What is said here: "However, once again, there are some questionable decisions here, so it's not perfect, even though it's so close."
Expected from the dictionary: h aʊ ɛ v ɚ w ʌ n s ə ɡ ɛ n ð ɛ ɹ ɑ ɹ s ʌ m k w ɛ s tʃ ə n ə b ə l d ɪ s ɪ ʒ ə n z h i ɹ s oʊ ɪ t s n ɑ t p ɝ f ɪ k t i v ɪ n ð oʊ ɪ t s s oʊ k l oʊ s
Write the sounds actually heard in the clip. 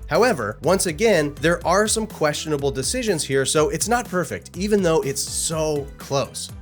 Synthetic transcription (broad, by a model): h aʊ ɛ v ɚ w ʌ n s ə ɡ ɛ n ð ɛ ɹ ɑ ɹ s ʌ m k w ɛ s tʃ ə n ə b l d ɪ s ɪ ʒ ə n z h i ɹ s oʊ ɪ t s n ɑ t p ɝ f ɪ k t i v ɪ n ð oʊ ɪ t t s oʊ k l oʊ s